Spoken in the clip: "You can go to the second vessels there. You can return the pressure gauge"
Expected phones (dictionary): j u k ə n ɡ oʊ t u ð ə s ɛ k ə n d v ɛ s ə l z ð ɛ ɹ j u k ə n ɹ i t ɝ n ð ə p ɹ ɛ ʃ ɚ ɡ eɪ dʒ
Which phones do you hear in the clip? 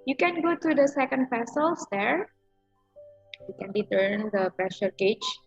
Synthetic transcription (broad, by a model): j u k ə n ɡ oʊ t u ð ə s ɛ k ə n d p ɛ s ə l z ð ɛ ɹ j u k ə n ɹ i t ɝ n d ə p ɹ ɛ ʃ ɚ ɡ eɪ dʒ